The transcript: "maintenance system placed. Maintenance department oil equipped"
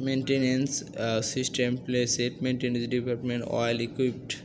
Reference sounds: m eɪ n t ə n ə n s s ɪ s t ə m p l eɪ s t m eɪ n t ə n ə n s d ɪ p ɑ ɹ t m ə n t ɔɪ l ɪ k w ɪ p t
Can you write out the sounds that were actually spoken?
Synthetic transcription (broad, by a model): m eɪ n t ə n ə n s s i s t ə m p l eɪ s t m eɪ n t ə n ə n s d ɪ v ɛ l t m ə n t ɔɪ l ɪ k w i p t